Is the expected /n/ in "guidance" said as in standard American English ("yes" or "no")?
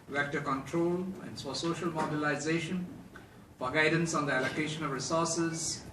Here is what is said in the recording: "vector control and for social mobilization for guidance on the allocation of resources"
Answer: yes